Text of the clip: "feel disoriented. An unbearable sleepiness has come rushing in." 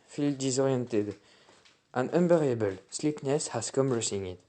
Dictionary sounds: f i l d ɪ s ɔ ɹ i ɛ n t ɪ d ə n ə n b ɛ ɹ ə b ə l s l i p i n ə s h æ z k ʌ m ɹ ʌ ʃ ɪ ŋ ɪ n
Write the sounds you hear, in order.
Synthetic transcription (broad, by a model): f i l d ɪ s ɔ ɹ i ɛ n t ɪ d ə n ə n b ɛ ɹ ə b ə l s l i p n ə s h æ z k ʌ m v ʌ s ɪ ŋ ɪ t